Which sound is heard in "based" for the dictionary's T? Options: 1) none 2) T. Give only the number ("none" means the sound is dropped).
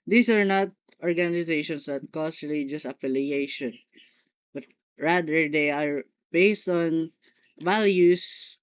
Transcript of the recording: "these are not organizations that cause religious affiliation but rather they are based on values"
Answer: 2